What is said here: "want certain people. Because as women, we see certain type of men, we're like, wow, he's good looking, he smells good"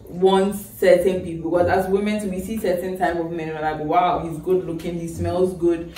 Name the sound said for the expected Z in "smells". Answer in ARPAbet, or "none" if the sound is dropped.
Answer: Z